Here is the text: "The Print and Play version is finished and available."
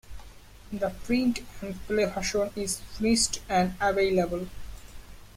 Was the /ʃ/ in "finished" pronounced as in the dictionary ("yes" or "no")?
no